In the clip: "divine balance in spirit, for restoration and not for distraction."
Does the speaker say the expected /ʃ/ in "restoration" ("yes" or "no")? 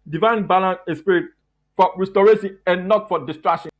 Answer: no